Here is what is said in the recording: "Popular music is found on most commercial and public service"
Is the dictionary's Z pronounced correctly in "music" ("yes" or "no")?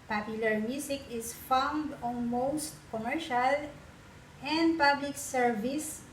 no